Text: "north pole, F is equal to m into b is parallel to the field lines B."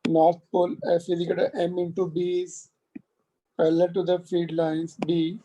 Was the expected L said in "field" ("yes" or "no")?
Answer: no